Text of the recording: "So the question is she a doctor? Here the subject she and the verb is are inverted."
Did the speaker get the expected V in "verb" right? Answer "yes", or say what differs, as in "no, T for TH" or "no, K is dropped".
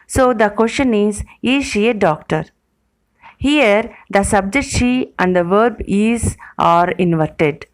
yes